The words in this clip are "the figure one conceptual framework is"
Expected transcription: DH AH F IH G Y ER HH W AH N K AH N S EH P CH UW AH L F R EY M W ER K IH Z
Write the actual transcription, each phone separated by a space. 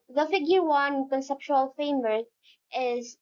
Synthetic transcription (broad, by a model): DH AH F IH G Y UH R W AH N K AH N S EH P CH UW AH L F EY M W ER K IH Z